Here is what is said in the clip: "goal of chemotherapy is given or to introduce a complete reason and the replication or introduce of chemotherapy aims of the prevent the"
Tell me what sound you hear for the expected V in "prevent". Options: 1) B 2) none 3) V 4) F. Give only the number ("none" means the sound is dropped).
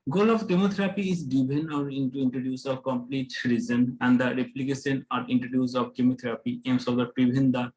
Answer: 1